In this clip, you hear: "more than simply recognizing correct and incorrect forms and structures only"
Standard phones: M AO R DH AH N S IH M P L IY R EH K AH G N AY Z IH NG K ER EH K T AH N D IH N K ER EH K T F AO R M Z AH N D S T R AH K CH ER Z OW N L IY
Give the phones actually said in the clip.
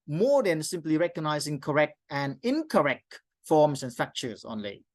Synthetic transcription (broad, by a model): M AO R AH N S IH M P L IY R EH K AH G N AY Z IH NG K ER EH K T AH N IH N K ER EH K T F AO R M S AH N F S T R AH K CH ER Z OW N L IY